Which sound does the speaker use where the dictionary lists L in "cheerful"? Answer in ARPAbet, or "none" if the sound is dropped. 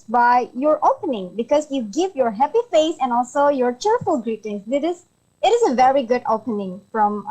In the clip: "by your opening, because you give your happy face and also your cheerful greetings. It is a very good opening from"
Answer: L